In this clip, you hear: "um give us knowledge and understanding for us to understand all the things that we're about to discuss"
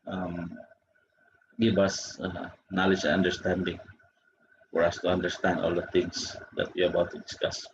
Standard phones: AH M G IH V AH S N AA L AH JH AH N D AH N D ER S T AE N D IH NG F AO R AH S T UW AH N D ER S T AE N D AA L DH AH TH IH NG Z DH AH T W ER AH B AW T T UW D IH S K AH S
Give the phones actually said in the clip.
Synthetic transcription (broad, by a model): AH M G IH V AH S N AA L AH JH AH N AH N D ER S T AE N D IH NG F AO R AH S T UW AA N D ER S T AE N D AA L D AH T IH NG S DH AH T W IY AH B AW T T UW D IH S K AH S